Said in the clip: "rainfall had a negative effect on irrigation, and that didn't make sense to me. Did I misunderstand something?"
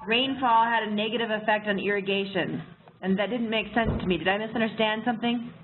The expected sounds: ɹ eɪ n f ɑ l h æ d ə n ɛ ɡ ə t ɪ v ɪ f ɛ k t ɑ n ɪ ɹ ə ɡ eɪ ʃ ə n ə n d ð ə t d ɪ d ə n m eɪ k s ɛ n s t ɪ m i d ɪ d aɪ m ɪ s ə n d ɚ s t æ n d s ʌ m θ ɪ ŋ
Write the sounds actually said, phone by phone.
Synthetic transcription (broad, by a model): ɹ eɪ n f ɑ l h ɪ d ə n ɛ ɡ ə t ɪ v ɪ f ɛ k t n ɪ ɹ ə ɡ eɪ ʃ ə n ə n ð ə t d ɪ d n m eɪ k s ɛ n s t ɪ m i d ɪ d aɪ m ɪ s ə n d ɚ s t æ n d s ʌ m θ ɪ ŋ